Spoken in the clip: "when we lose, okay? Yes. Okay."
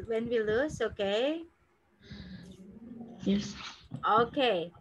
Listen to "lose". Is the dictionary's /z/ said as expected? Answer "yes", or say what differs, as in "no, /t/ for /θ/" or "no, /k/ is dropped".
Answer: no, /s/ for /z/